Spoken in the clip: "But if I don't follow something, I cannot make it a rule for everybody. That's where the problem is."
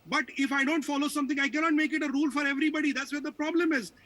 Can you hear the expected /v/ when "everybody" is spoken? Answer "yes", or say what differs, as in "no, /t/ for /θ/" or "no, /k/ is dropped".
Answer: yes